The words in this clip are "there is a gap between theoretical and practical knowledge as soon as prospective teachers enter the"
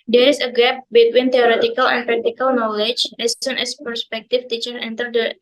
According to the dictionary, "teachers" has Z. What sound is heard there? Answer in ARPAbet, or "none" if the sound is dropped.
none